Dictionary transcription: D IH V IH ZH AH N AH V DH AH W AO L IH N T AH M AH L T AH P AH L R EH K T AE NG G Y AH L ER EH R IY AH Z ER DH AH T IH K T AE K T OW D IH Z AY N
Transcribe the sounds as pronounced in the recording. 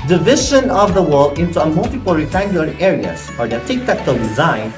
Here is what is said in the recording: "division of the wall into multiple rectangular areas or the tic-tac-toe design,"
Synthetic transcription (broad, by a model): D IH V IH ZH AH N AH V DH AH W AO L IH N T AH M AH L T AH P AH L R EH T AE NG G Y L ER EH R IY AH S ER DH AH T IH K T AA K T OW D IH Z AY N